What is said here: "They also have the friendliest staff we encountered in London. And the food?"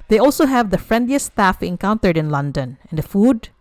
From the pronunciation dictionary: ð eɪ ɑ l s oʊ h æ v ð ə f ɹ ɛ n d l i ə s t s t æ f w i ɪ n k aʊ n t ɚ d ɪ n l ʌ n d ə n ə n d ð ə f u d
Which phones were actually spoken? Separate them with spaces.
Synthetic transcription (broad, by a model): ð eɪ ɑ l s oʊ h æ v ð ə f ɹ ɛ n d l i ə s s t æ f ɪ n k aʊ n t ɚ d ɪ n l ʌ n d ə n ə n d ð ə f u d